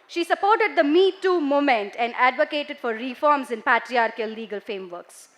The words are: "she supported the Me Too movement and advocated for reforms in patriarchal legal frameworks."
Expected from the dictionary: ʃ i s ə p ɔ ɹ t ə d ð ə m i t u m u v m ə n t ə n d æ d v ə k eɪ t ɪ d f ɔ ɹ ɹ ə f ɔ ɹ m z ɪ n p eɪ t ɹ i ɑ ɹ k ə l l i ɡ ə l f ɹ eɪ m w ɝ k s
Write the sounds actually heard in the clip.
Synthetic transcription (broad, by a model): ʃ i s ə p ɔ ɹ t ə d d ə m i t u m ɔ m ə n t ə n d æ d v ə k eɪ t ɪ d f ɔ ɹ ɹ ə f ɔ ɹ m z ɪ n p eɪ t ɹ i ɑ ɹ k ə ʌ l i ɡ ə l f ɹ eɪ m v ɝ k s